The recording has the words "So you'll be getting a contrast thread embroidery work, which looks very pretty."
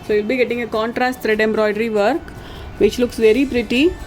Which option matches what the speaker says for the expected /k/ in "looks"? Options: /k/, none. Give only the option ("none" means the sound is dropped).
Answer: /k/